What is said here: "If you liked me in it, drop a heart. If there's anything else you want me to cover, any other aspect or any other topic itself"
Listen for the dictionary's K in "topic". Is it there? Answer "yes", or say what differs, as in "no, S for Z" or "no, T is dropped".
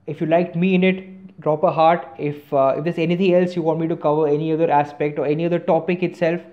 yes